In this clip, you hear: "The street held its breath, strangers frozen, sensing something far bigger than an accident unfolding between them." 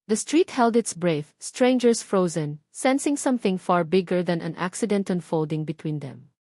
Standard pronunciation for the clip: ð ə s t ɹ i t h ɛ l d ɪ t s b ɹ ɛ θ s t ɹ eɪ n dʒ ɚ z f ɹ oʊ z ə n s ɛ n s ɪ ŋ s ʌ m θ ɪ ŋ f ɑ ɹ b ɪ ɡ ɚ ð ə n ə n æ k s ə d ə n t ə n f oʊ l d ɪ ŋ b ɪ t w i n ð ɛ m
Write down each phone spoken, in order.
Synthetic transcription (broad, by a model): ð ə s t ɹ i t h ɛ l d ɪ t s b ɹ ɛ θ s t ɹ eɪ n dʒ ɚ s f ɹ oʊ z ə n s ɛ n s ɪ ŋ s ʌ m θ ɪ ŋ f ɑ ɹ b ɪ ɡ ɚ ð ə n ə n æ k s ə d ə n t ə n f oʊ l d ɪ ŋ b ɪ t w i n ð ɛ m